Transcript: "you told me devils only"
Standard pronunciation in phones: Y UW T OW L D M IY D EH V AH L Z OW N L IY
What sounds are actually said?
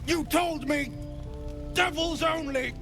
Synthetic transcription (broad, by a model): Y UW T OW L D M IY D EH V AH L Z OW N L IY